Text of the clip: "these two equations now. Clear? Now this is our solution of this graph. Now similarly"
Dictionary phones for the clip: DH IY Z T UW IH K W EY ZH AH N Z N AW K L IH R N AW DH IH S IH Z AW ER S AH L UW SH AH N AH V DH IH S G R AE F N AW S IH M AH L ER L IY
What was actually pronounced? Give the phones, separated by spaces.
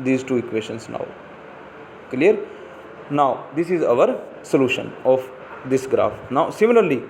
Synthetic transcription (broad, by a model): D IY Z T UW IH K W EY SH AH N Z N AW K L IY R N AW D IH S IH Z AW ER S AH L UW SH AH N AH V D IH S G R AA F N AW S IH M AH L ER L IY